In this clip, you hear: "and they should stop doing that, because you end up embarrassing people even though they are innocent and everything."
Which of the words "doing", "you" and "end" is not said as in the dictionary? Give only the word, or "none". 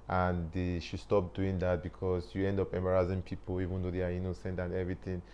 none